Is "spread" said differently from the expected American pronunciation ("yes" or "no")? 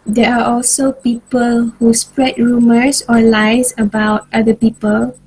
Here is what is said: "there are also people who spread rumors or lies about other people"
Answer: no